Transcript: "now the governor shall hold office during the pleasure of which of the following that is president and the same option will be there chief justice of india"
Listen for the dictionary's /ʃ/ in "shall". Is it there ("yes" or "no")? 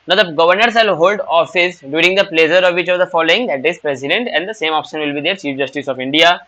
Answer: no